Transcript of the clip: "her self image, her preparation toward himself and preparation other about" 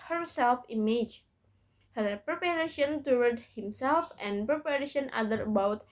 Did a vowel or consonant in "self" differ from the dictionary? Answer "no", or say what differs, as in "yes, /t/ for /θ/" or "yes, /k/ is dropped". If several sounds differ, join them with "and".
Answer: no